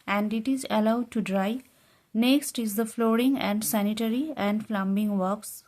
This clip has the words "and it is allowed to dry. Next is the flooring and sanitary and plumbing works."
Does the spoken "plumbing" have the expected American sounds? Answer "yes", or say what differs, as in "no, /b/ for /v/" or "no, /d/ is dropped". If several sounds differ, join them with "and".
no, /f/ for /p/